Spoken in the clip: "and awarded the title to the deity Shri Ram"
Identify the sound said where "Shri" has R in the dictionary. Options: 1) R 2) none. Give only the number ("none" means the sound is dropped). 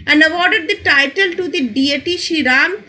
2